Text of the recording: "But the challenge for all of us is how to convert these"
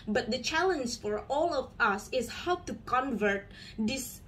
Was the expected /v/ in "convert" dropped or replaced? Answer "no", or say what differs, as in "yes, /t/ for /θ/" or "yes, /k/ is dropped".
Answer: no